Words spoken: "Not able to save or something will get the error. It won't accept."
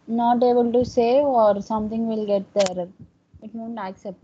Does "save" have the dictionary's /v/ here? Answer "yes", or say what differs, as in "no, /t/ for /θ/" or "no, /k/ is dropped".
no, /v/ is dropped